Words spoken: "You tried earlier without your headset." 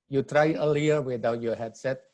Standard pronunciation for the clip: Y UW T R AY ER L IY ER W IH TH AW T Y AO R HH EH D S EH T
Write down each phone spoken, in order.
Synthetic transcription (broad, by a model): Y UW T R AY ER L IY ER W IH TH AW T Y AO HH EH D S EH T